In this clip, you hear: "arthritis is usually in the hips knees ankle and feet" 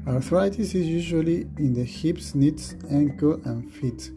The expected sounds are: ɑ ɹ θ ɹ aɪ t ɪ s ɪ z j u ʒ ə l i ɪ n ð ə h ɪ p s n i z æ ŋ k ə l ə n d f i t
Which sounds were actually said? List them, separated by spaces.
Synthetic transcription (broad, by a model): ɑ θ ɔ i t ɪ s ɪ z j u ʒ ə l i ɪ n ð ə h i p s n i s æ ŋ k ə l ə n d f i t